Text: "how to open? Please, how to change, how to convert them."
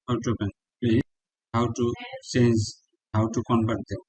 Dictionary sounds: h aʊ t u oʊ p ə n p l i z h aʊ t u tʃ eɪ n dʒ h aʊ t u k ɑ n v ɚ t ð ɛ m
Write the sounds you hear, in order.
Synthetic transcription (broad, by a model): h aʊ t u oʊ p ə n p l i h aʊ t u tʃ eɪ n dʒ h aʊ t u k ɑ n b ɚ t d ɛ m